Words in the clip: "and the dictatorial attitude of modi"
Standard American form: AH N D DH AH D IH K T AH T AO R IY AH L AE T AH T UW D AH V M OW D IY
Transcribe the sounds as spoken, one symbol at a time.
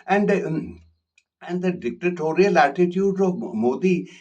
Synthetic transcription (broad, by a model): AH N D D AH D IH K T AH T AO R IY AH L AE T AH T UW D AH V M OW D IY